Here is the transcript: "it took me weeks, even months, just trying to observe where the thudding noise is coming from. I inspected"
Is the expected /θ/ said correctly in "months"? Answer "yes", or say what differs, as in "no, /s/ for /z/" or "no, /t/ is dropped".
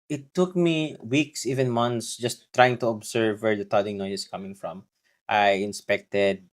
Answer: no, /t/ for /θ/